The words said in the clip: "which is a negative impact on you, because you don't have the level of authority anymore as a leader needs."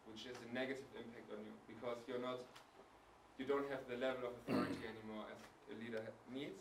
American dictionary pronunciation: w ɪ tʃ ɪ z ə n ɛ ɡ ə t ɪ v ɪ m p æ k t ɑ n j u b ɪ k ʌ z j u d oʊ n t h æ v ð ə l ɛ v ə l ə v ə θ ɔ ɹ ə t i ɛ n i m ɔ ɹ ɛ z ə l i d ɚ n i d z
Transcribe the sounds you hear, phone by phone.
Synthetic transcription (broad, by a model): w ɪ tʃ ɪ z ə n ɛ ɡ ə t ɪ v ɪ m p æ k t n j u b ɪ k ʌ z j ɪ d oʊ n t h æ v ð ə l ɛ v ə l ə v ə θ ɔ ɹ ə t i ɛ n i m ɔ ɹ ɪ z ə l i d ɚ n i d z